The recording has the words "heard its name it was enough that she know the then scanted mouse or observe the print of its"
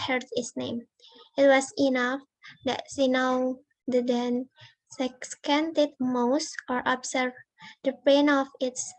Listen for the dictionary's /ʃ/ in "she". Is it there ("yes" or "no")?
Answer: no